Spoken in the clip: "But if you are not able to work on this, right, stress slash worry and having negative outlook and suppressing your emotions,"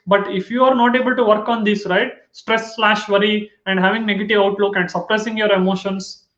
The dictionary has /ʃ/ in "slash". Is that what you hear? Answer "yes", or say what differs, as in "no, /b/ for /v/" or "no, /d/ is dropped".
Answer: yes